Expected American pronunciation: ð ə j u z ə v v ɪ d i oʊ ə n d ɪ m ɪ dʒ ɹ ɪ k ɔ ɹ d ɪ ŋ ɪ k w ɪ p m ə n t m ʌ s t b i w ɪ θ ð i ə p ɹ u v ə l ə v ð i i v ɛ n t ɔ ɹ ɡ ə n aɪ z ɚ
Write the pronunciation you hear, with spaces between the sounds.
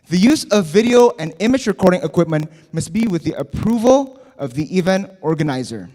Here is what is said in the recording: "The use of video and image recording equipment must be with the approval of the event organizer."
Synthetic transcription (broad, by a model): ð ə j u z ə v v ɪ d i oʊ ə n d ɪ m ɪ dʒ ɹ ɪ k ɔ ɹ d ɪ ŋ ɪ k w ɪ p m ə n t m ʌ s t b i w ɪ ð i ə p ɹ u v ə l ə v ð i i v ɛ n t ɔ ɹ ɡ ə n aɪ z ɚ